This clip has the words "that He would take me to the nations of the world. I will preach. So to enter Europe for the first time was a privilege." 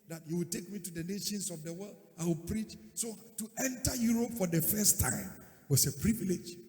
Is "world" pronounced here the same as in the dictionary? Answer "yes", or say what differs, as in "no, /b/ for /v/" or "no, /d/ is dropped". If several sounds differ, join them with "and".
yes